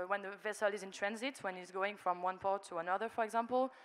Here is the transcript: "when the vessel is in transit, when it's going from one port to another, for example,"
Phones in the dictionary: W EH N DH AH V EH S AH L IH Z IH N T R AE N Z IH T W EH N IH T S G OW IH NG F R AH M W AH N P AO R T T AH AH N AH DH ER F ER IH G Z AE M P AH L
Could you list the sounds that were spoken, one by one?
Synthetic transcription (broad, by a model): W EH N DH AH V EH S AH L IH Z IH N T R AE N Z IH T W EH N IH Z G OW IH NG F R AH M W AH N P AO R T T AH AH N AH DH ER F ER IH G Z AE M P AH L